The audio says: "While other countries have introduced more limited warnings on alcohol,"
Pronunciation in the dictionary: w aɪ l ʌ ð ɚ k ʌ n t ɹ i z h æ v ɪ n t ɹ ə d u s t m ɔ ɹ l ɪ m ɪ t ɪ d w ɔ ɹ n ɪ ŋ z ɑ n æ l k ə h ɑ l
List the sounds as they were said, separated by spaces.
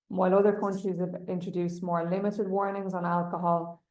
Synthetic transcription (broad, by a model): w aɪ l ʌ ð ɚ k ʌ n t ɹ i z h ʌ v ɪ n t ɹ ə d u s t m ɔ ɹ l ɪ m ɪ t ɪ d w ɔ ɹ n ɪ ŋ z n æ l k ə h ɑ l